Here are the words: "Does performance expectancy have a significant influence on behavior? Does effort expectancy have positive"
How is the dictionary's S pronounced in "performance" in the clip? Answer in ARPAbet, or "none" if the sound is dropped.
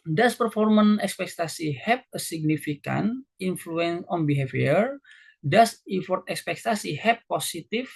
none